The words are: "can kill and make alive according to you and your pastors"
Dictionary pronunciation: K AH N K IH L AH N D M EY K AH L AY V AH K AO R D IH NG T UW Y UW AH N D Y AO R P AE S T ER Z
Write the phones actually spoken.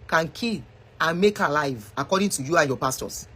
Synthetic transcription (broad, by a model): K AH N K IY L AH N M EY K AH L AY V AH K AO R D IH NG T UW Y UW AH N Y AO P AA S T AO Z